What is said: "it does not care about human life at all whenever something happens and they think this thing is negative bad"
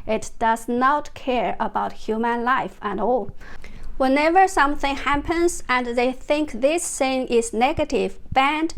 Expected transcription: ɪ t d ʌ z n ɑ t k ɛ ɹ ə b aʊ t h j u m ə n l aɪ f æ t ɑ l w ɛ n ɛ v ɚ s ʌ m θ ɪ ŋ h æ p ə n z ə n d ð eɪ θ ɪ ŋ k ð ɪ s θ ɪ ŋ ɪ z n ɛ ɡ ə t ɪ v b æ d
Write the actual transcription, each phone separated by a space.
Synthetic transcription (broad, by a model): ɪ t d ʌ z n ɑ t k ɛ ɹ ə b aʊ t h j u m ə n l aɪ f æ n ɑ l w ɛ n ɛ v ɚ s ʌ m θ ɪ ŋ h æ p ə n z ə n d ð eɪ θ ɪ ŋ k ð ɪ s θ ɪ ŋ ɪ z n ɛ ɡ ə t ɪ v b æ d